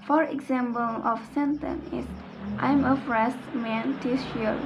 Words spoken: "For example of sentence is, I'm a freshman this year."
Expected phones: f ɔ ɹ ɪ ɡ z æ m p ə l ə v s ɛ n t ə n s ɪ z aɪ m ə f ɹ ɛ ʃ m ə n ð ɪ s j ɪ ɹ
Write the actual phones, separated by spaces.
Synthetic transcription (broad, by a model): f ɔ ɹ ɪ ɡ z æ m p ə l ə f s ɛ n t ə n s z aɪ m ə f ɹ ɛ s m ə n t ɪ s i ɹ